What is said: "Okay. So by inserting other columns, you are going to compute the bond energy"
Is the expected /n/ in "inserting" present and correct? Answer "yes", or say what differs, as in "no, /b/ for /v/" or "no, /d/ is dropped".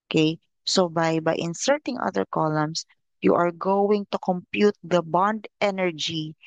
yes